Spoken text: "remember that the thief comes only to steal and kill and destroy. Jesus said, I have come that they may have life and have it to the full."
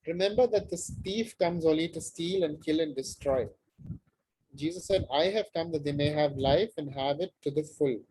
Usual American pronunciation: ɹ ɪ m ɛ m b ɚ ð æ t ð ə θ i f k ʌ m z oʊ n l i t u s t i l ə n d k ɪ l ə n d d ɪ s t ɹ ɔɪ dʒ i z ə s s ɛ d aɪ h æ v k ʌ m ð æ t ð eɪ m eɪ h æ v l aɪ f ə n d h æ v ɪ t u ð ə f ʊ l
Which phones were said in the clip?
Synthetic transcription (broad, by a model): ɹ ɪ m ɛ m b ɚ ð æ t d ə t i f k ʌ m z oʊ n l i t u s t i l ə n d k ɪ l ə n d d ɪ s t ɹ ɔɪ dʒ i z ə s s ɛ d aɪ h æ v k ʌ m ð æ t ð eɪ m eɪ h æ v l aɪ f ə n d h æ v ɪ t u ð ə f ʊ l